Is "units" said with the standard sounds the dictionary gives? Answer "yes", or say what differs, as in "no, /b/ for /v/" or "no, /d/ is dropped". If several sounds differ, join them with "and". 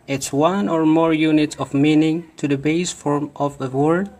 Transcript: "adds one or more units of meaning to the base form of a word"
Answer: no, /s/ is dropped